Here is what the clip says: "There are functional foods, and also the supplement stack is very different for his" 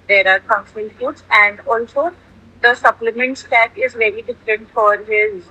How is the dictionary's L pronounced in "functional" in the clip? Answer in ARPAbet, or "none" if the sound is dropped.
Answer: N